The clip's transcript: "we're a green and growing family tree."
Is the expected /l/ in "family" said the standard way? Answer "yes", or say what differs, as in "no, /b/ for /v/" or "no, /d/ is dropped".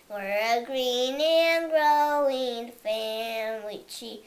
no, /w/ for /l/